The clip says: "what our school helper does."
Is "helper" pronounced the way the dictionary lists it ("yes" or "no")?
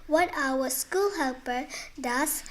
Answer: yes